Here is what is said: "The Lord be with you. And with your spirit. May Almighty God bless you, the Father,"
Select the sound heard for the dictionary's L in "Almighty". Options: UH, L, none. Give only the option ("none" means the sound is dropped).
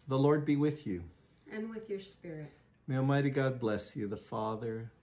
none